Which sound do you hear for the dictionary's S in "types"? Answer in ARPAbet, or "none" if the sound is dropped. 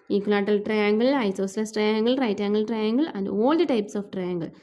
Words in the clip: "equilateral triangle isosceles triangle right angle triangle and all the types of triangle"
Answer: S